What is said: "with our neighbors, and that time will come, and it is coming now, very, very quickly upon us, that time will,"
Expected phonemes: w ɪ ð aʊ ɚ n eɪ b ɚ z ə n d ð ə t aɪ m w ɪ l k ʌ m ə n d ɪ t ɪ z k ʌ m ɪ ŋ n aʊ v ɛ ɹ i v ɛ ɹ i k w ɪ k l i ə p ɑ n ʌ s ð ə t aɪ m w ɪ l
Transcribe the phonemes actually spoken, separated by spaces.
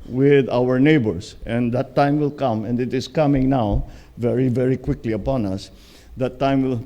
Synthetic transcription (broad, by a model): w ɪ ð aʊ ɚ n eɪ b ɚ s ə n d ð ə t aɪ m w ɪ l k ʌ m ə n d ɪ t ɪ s k ʌ m ɪ ŋ n aʊ v ɛ ɹ i v ɛ ɹ i k w ɪ k l i ə p ɑ n ʌ s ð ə t aɪ m w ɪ l